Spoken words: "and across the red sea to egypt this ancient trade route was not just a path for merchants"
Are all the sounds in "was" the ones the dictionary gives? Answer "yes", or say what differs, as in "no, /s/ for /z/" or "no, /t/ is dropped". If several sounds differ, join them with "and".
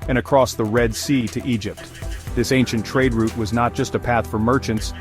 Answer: yes